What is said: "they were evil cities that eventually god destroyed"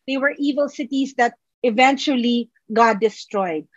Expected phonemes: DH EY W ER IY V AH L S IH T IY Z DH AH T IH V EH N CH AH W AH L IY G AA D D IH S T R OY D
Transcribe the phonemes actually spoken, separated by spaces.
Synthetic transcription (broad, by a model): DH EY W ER IY V AH L S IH T IY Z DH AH T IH V EH N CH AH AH L IY G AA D D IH S T R OY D